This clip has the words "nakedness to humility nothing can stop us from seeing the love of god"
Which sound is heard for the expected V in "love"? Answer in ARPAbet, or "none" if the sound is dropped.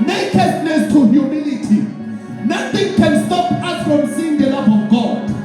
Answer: P